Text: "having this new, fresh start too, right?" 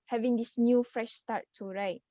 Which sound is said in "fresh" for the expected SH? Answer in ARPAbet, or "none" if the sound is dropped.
SH